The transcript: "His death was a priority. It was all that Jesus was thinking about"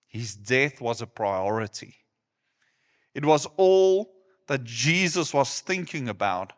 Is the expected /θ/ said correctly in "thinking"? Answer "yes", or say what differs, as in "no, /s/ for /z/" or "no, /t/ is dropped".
yes